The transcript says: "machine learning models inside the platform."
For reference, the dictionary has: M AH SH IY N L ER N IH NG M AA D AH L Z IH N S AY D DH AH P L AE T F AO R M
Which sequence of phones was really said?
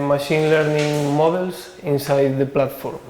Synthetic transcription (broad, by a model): M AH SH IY N L ER N IH NG M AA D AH L S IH N S AY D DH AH P L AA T F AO R M